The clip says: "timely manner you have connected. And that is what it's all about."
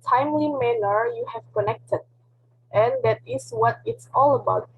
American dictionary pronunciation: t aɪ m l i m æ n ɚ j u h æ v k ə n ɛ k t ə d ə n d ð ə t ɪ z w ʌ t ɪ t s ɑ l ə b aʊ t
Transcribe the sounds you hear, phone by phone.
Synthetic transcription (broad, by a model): t aɪ m l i m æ n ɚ j u h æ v k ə n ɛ k t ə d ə n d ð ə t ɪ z w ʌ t ɪ t s ɑ l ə b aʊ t